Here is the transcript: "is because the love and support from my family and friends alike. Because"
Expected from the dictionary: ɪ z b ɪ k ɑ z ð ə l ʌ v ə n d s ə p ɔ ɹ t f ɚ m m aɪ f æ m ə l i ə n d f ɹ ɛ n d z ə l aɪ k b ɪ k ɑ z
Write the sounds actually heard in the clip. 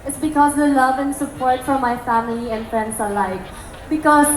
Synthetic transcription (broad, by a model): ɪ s b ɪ k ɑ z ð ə l ʌ v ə n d s ə p ɔ ɹ t f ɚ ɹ m aɪ f æ m ə l i ə n d f ɹ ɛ n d s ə l aɪ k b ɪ k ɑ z